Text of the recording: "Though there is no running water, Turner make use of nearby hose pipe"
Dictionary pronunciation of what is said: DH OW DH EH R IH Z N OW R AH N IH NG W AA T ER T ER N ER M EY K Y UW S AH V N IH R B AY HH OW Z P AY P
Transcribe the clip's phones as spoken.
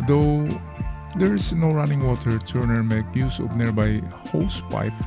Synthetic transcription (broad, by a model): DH OW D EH R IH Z N OW R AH N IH NG W AA T ER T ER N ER M EY K Y UW S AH P N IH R B AY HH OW S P AY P